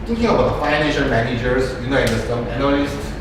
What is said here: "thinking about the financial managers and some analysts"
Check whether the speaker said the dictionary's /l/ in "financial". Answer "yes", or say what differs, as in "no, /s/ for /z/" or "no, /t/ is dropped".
no, /n/ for /l/